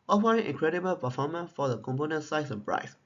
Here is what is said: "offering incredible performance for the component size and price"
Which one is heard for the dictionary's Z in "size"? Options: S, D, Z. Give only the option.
S